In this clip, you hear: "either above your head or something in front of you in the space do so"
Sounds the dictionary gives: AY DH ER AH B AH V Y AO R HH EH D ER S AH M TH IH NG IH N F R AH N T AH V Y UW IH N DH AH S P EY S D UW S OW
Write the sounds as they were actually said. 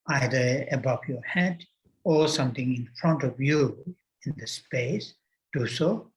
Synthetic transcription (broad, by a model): AY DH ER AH B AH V Y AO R HH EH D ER S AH M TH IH NG IH N F R AH N T AH V Y UW IH N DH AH S P EY S D UW S OW